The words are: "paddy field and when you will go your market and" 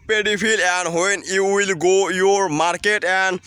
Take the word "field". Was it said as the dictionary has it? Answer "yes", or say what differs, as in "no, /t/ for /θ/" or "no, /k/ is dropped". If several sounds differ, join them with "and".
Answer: no, /d/ is dropped